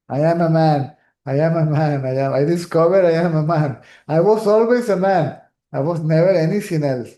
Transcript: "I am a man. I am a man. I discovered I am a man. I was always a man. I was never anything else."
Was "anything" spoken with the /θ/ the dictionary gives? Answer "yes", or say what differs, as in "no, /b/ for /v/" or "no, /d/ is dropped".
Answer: no, /s/ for /θ/